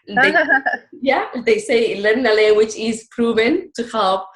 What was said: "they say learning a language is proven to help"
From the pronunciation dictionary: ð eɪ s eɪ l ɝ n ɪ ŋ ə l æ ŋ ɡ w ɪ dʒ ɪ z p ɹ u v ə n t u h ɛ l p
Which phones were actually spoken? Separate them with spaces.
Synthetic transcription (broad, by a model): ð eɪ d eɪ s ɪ l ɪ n ə l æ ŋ ɡ w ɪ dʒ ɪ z p ɹ u v ə n t u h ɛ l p